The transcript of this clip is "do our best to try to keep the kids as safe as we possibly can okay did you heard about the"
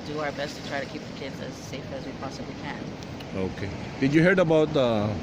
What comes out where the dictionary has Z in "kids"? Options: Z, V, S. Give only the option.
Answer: Z